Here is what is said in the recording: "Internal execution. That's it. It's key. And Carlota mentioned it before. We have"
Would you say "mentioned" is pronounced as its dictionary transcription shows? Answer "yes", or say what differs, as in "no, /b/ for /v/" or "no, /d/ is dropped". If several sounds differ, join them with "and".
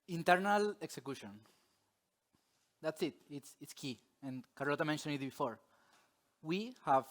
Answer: no, /d/ is dropped